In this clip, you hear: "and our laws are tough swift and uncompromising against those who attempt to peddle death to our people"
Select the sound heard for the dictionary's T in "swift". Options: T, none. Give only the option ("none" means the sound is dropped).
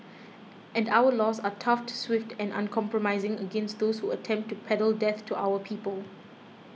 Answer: T